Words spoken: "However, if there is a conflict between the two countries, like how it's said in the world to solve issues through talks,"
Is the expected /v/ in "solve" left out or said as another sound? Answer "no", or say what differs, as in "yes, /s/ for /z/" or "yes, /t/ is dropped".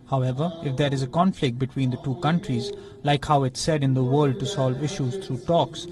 no